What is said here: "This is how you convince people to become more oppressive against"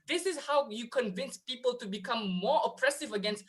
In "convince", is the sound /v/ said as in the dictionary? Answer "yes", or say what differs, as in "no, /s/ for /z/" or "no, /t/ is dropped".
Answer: yes